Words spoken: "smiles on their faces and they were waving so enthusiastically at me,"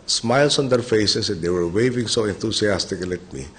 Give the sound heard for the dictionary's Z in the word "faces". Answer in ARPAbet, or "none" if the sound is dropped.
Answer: S